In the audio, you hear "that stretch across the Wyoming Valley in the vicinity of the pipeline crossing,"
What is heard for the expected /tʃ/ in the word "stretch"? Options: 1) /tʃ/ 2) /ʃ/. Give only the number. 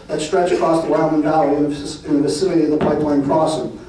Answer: 1